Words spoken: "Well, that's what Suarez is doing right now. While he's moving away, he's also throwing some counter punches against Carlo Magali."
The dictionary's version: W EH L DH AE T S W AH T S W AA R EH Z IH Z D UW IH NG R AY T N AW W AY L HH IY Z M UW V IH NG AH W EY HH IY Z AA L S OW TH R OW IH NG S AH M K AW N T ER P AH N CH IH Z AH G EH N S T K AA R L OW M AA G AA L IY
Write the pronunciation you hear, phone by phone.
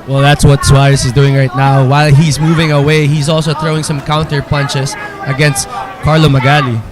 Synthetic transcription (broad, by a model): W EH L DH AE T S W AH T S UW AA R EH S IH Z D UW IH NG R AY T N AW W AY L HH IY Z M UW V IH NG AH W EY HH IY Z AA L S OW TH R OW IH NG S AH M K AW N T ER P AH N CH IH S AH G EH N S T K AA R L OW M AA G AA L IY